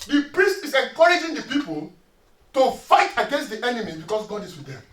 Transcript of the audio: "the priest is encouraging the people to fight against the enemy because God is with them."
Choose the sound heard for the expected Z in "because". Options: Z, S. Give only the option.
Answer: S